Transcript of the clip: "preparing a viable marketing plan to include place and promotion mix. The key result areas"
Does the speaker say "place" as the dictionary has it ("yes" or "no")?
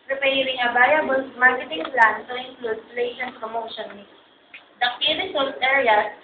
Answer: no